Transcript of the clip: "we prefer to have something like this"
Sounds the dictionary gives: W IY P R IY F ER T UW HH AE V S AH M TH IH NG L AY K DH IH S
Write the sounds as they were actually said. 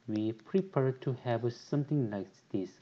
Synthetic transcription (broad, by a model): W IY P R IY P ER T UW HH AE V S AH M T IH NG L AY K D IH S